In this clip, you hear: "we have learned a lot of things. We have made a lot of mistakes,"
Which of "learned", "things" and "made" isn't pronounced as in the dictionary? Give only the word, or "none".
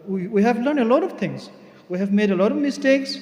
things